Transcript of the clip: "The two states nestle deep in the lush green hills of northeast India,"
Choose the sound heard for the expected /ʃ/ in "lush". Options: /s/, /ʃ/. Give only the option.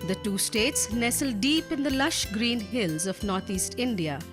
/ʃ/